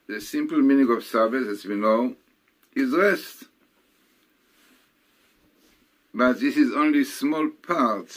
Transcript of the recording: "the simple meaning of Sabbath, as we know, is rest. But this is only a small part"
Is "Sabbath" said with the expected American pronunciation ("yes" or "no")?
no